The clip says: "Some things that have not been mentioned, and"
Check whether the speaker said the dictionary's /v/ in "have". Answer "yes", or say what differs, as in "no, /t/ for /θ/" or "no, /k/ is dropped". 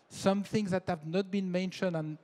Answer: yes